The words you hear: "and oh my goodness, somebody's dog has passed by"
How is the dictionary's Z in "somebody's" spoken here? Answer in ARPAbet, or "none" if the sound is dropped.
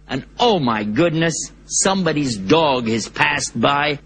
Z